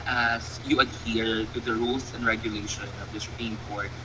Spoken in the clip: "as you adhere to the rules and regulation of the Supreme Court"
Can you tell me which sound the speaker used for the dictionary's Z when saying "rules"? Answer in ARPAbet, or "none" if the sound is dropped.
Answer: S